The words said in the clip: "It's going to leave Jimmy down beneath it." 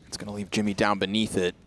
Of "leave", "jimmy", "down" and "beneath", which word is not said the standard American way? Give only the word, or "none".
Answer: none